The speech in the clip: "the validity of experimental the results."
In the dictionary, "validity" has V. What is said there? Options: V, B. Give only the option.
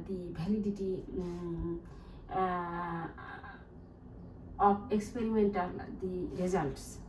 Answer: B